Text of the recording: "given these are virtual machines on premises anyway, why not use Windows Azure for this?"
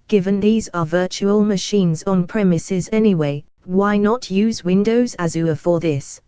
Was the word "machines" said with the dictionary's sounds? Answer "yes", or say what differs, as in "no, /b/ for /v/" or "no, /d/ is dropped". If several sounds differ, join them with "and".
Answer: yes